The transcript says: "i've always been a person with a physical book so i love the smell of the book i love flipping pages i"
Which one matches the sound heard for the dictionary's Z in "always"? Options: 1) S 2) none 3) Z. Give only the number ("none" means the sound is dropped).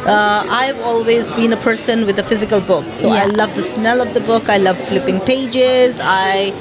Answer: 3